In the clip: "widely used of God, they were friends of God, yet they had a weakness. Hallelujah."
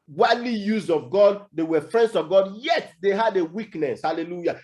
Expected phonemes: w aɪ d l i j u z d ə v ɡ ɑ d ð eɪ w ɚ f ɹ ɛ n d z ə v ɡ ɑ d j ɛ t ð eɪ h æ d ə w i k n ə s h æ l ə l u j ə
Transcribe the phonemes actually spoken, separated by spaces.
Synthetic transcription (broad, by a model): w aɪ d l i j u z ə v ɡ ɑ d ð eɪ w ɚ f ɹ ɛ n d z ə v ɡ ɑ d j ɛ t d eɪ h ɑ d ə w i k n ə s h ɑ l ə l u j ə